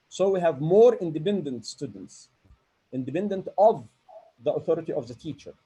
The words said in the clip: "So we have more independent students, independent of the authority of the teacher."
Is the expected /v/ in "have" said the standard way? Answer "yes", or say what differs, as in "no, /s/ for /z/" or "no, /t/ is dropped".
yes